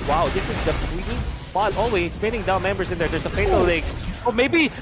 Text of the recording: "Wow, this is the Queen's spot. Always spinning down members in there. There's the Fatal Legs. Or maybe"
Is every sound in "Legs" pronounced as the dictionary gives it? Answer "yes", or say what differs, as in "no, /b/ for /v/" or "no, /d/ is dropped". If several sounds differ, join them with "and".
no, /s/ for /z/